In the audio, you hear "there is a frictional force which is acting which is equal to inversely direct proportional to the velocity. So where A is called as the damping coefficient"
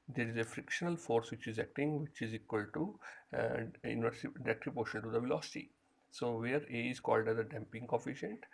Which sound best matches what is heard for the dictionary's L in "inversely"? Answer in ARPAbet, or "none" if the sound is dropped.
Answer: none